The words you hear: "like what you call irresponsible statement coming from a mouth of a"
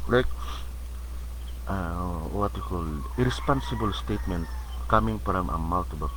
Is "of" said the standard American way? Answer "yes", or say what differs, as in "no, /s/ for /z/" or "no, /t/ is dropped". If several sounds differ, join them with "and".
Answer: no, /b/ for /v/